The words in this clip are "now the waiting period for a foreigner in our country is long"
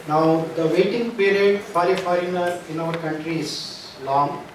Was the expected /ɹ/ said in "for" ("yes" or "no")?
no